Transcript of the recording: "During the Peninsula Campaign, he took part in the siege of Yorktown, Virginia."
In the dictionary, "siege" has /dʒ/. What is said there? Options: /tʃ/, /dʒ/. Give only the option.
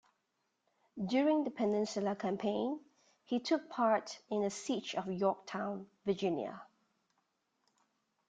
/tʃ/